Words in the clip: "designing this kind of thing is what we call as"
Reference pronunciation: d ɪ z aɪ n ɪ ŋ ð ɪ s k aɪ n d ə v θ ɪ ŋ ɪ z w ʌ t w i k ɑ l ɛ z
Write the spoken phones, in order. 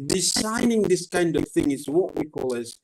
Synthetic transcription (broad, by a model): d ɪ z aɪ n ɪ ŋ ð ɪ s k aɪ n d ə v θ ɪ ŋ ɪ z w ʌ t w i k ɑ l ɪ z